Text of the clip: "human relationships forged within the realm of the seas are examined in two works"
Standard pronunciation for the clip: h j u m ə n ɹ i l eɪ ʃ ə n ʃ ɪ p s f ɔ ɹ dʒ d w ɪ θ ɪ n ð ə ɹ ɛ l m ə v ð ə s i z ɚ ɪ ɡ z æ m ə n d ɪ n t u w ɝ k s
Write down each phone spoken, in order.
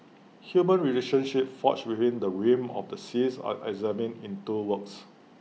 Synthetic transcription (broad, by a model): h j u m ə n ɹ i l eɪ ʃ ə n ʃ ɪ p f ɔ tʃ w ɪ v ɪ n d ə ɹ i m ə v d ə s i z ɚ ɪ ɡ z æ m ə n ɪ n t u w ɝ k s